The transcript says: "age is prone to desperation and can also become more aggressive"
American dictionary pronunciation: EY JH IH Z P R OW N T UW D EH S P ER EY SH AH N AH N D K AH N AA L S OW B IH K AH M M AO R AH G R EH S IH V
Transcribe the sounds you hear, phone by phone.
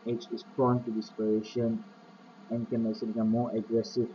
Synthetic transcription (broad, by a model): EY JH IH S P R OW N T UW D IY S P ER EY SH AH N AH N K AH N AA S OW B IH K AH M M AO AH G R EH S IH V